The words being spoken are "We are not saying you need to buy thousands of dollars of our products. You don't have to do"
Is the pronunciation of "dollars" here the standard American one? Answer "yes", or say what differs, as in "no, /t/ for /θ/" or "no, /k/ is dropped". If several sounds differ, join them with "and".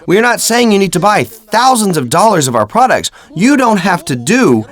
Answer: yes